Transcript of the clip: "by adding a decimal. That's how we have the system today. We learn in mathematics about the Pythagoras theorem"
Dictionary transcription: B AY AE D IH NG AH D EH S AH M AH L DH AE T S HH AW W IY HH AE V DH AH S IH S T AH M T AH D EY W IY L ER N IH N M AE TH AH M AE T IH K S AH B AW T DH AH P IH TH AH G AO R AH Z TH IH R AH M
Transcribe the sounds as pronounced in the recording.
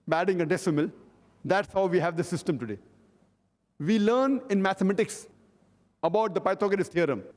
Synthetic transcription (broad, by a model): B AE D IH NG AH D EH S AH M AH L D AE T S HH AW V IY HH AE V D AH S IH S T AH M T AH D EY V IY L ER N IH N M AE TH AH M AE T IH K S AH B AW T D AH P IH T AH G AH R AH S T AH R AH M